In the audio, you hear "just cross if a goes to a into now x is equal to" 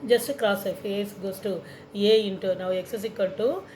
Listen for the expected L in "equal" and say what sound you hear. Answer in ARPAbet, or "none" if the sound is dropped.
N